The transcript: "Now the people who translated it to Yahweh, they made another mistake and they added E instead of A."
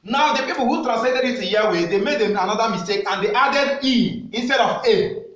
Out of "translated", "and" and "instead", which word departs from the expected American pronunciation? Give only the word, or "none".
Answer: translated